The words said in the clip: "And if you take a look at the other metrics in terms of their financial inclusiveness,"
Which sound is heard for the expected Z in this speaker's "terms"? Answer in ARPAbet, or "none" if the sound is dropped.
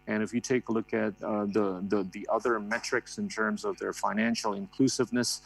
Z